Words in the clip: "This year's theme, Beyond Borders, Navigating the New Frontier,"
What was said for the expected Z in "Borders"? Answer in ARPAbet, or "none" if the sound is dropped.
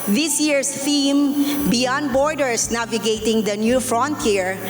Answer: S